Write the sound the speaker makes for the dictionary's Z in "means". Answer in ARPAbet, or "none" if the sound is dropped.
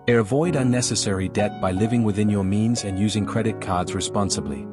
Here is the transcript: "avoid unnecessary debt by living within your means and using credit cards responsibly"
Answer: Z